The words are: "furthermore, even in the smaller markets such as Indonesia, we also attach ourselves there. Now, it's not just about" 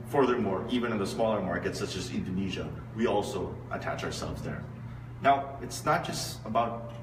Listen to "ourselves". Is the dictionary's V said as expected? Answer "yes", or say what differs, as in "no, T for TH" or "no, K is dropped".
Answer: yes